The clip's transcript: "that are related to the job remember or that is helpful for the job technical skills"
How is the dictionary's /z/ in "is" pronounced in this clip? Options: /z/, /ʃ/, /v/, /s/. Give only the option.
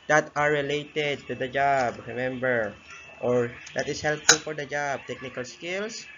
/s/